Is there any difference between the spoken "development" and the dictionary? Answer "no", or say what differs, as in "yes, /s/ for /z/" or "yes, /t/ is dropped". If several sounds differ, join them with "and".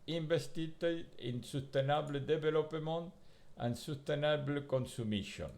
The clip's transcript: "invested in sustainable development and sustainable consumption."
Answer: yes, /b/ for /v/